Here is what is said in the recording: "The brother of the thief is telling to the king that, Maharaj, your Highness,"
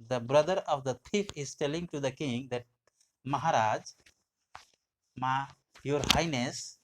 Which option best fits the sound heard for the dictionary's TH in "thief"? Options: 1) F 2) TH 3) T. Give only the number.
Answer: 3